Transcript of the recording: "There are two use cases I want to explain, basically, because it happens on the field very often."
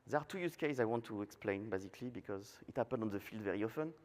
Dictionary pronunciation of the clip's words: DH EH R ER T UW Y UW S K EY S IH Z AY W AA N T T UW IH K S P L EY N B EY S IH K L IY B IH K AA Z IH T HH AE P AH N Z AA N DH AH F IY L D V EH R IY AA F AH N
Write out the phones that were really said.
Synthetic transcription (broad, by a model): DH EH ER T UW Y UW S K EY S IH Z AY W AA N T T UW IH K S P L EY N B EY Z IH K L IY B IH K AA Z IH T HH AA P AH N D AA N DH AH F IY L D V EH R IY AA F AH N